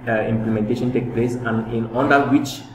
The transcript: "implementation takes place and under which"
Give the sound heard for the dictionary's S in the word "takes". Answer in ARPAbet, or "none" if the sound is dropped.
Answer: none